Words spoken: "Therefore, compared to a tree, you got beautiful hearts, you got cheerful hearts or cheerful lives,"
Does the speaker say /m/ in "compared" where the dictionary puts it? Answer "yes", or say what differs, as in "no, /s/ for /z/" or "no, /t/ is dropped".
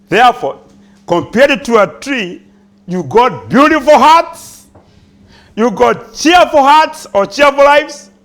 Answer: yes